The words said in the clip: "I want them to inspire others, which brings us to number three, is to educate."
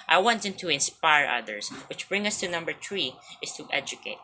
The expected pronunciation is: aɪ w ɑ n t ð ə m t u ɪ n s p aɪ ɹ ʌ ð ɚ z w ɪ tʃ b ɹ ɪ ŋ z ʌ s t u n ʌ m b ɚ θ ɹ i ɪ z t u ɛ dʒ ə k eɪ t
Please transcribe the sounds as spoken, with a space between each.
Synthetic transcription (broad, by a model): aɪ w ɑ n t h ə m t u ɪ n s p aɪ ɹ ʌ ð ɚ s w ɪ tʃ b ɹ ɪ ŋ ʌ s t u n ʌ m b ɚ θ ɹ i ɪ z t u ɛ dʒ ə k eɪ t